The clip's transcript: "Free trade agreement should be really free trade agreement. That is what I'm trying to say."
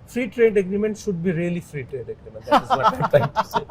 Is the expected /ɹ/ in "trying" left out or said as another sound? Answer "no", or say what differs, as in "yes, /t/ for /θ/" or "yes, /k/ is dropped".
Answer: yes, /ɹ/ is dropped